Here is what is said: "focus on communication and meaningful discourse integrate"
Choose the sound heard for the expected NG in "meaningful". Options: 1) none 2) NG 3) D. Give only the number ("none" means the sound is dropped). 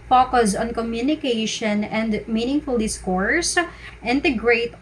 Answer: 2